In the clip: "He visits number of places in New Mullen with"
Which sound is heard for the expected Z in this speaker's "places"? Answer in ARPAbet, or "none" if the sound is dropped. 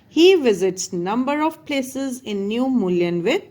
Z